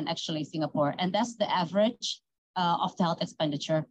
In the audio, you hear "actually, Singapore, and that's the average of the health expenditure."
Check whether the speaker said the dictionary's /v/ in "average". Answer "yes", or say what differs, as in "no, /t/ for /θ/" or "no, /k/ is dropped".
yes